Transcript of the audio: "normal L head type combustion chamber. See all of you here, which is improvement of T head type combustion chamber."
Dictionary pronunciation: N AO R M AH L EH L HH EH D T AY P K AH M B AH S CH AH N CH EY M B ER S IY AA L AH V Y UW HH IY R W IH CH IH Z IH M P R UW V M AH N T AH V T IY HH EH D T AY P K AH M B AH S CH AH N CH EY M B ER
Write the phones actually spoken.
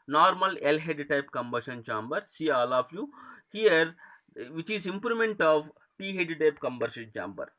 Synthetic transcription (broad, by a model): N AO R M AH L EH L HH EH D T AY P K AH M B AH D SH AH N CH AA M B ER S IY AA L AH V Y UW HH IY R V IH CH IH Z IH M P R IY M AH N T AH V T IY HH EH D T AY P K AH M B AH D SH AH N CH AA M B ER